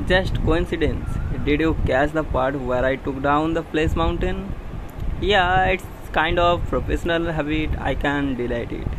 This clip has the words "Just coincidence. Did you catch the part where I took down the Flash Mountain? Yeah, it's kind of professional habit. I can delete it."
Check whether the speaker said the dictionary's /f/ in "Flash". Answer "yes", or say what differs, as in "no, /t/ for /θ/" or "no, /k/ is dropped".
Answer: no, /p/ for /f/